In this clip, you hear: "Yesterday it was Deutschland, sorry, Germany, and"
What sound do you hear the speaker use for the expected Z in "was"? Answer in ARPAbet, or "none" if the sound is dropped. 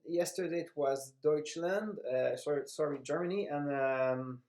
Z